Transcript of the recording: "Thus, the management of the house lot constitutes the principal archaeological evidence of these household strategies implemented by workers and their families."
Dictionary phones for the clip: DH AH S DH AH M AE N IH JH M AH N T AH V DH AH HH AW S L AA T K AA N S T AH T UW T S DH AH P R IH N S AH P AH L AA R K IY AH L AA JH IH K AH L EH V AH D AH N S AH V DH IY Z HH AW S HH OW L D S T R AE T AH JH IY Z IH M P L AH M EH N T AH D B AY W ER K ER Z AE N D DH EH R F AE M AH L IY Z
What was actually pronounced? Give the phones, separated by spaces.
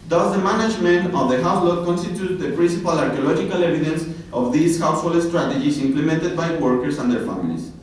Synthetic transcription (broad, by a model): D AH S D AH M AE N IH JH M AH N T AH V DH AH HH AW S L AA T K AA N S T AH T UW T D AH P R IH N S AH P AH L AA R K IY AH L AA JH IH K AH L EH V AH D AH N S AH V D IY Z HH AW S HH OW L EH S T R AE T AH JH IY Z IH M P L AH M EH N T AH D B AY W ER K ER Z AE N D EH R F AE M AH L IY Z